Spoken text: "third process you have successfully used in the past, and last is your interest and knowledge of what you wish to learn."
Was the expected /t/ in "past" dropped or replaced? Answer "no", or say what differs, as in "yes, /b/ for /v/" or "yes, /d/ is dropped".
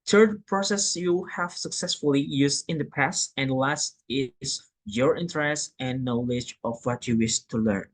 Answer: yes, /t/ is dropped